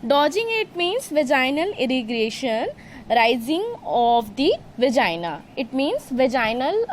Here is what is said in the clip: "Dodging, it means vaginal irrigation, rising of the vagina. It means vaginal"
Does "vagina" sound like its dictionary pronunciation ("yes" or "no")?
yes